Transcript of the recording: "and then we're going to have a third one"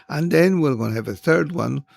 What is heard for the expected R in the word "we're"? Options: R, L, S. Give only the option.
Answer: L